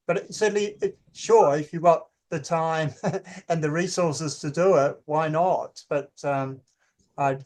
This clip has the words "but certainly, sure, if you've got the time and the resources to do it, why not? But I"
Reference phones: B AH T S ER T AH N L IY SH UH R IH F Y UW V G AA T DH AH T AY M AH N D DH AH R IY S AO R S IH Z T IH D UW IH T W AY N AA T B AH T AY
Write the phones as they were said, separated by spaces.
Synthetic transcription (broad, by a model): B AH T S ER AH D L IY SH UH R IH F Y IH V G AA T DH AH T AY M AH N DH AH R IY S AO R S IH Z T IH D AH IH T W AY N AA T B AH T AY